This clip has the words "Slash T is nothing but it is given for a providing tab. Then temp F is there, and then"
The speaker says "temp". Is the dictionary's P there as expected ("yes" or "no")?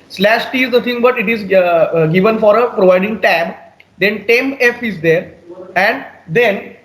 no